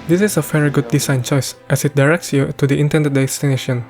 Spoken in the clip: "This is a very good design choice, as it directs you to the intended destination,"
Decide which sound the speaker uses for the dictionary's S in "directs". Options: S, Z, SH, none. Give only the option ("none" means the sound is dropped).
S